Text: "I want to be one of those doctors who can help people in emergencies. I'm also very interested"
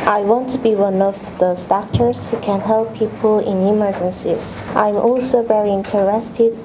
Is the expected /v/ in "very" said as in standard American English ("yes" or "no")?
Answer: yes